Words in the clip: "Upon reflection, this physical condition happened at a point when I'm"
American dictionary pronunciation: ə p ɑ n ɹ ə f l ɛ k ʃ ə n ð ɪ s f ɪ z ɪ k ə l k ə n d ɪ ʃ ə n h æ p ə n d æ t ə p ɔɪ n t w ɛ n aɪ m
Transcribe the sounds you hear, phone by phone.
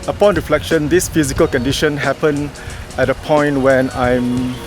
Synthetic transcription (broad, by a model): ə p ɑ n ɹ ə f l ɛ k ʃ ə n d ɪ s f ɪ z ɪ k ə l k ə n d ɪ ʃ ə n h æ p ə n ɛ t ə p ɔɪ n t w ɛ n aɪ m